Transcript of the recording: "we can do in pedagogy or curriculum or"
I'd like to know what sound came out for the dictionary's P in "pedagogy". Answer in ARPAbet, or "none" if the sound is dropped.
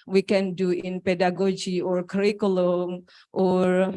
P